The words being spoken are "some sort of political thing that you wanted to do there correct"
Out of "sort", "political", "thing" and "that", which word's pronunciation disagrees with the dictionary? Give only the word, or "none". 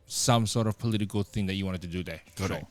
none